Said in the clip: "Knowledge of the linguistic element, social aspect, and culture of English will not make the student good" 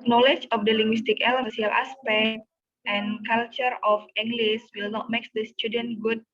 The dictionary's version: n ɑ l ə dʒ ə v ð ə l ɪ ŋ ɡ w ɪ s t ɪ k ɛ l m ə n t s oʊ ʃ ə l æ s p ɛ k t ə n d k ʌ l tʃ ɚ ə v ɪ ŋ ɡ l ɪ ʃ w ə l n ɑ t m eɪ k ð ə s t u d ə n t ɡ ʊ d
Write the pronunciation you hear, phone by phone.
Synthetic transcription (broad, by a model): n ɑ l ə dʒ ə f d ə l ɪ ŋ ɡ w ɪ s t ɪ k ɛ l ə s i ə l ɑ s p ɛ k t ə n k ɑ l tʃ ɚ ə f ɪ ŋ ɡ l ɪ s w ə l n ɑ t m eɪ k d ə s t u d ə n t ɡ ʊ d